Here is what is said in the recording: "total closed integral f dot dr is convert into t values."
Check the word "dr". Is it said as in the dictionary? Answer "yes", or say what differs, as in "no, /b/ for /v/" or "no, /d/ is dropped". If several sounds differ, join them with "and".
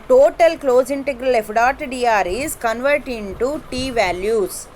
no, /k/ is dropped